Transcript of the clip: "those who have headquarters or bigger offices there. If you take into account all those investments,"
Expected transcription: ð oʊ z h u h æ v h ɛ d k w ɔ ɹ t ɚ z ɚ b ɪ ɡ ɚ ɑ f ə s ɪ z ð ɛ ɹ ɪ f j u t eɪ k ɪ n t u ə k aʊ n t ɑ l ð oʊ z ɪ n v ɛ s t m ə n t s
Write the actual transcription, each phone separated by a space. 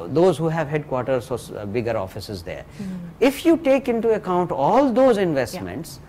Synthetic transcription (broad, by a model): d oʊ z h u h æ v h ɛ d k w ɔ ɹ t ɚ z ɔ b ɪ ɡ ɚ ɑ f ə s ɪ z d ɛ ɹ ɪ f j u t eɪ k ɪ n t u ə k aʊ n t ɑ l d oʊ z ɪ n v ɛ s t m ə n t s